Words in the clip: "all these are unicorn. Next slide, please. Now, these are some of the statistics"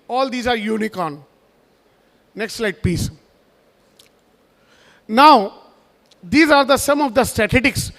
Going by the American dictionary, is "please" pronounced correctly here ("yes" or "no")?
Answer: no